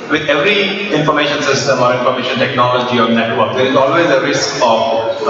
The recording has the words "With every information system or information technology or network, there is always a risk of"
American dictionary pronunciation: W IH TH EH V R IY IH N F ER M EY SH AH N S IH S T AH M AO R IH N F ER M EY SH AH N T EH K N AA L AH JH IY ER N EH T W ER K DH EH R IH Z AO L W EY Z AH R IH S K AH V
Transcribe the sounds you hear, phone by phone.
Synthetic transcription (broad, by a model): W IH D EH V R IY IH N F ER M EY SH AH N S IH S T AH M AO R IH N F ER M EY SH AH N T EH K N AA L AH JH IY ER N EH T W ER K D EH R IH Z AO L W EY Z AH R IH S K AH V